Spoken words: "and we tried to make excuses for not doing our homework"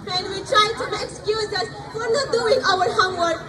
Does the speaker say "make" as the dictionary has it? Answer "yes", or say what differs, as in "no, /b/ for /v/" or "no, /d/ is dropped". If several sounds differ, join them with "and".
no, /k/ is dropped